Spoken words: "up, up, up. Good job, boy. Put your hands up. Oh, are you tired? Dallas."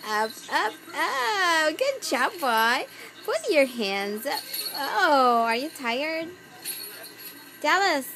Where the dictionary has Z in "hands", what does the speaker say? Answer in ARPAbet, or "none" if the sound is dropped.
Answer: Z